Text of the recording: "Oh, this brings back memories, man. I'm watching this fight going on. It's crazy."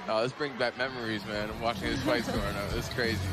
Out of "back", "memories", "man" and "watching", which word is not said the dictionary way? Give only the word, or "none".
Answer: none